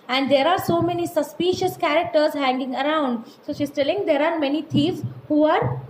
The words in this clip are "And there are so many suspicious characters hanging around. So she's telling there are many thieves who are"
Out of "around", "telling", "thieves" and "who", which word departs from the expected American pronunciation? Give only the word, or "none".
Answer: thieves